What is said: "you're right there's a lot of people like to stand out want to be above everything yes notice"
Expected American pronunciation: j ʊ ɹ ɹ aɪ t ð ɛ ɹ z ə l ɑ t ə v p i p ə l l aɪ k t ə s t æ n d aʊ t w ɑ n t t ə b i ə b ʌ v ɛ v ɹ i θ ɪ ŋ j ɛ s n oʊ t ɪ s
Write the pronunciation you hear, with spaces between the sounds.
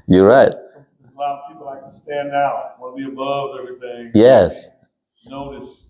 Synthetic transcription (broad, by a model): j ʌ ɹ ɹ aɪ t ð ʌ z ə l ɑ t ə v p i p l l aɪ k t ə s t æ n d aʊ t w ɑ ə b i ə b ʌ v ɛ v ɹ i θ ɪ ŋ j ɛ s n oʊ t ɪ s